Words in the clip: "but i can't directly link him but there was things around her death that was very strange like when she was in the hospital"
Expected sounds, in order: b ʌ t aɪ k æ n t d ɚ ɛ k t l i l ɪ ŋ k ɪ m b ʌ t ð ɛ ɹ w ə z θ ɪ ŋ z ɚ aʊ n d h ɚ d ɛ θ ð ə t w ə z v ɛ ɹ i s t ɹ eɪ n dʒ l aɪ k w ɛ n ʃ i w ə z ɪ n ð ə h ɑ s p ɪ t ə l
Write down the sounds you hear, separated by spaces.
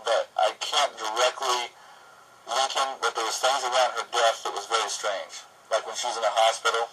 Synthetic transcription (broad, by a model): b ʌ t aɪ k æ n d ɚ ɛ k t l i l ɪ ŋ k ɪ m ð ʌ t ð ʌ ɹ w ə z θ ɪ ŋ z ɚ aʊ n d h ɚ d ɛ θ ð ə t w ə z v ɛ ɹ i s t ɹ eɪ n dʒ l aɪ k w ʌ n ʃ i w ə z ɪ n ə h ɑ s p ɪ t l